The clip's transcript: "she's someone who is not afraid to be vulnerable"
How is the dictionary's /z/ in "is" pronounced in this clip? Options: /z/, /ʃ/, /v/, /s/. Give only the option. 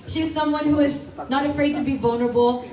/z/